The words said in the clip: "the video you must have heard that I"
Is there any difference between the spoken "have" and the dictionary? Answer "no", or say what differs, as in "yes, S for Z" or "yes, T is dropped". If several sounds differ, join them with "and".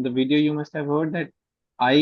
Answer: no